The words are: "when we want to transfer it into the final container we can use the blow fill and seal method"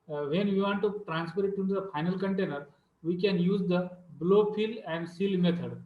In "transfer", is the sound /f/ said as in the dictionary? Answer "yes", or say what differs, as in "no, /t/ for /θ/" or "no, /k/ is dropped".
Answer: no, /p/ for /f/